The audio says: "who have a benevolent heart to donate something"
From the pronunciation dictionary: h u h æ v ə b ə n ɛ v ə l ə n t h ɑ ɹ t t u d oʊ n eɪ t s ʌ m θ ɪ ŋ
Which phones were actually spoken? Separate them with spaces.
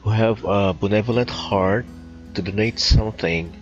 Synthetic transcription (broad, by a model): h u h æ v ə b ə n ɛ v ə l ə n t h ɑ ɹ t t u d oʊ n eɪ t s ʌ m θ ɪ ŋ